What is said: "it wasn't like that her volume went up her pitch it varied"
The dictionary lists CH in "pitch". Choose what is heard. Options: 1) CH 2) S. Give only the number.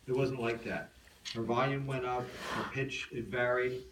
1